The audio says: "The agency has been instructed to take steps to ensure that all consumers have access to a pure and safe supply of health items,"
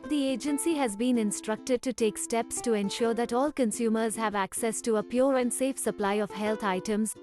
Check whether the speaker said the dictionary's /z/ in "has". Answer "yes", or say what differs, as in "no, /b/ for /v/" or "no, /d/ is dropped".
yes